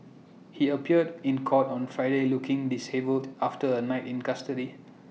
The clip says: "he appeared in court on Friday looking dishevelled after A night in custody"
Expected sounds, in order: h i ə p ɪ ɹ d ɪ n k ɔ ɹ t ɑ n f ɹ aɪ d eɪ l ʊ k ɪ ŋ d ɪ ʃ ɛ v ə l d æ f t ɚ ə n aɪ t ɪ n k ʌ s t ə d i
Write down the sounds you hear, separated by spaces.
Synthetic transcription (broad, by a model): h i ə p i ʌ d ɪ n k ɔ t ɑ n f ɹ aɪ d eɪ l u k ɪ ŋ d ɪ s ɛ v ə l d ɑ f t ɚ ə n aɪ t ɪ n k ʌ s t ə d i